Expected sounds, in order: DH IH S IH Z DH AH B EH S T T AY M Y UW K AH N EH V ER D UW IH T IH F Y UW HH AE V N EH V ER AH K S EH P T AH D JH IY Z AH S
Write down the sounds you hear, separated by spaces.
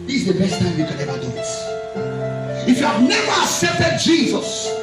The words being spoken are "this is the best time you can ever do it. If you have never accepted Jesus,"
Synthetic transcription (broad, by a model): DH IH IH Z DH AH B EH S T T AY M Y UW K AH N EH V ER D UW IH T IH F Y UW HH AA V N EH V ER AH K S EH P T AH D JH IY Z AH S